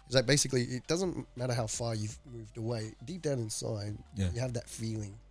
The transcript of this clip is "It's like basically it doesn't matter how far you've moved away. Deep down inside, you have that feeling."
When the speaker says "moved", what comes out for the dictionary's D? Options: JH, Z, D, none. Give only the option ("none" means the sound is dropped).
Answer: D